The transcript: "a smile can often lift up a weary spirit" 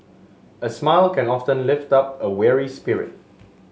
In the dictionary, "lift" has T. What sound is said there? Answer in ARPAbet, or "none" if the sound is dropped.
T